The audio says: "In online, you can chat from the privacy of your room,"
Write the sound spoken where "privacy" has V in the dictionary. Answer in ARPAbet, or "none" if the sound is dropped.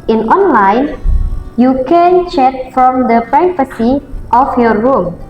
F